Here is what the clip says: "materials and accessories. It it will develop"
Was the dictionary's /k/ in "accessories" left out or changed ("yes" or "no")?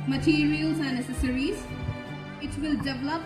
yes